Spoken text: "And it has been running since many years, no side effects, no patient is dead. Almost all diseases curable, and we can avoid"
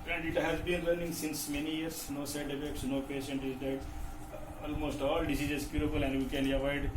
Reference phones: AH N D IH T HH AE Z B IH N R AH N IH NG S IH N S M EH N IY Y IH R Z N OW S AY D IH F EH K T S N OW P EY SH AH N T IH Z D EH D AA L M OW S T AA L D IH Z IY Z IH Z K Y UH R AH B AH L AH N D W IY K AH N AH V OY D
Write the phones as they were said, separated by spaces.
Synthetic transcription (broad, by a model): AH N D IH T HH AE Z B IH N R AH N IH NG S IH N S M EH N IY Y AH R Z N OW S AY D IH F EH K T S N OW P EY SH AH N T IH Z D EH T AA L M OW S T AA L D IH S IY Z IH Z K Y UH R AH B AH L AH N D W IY K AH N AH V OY D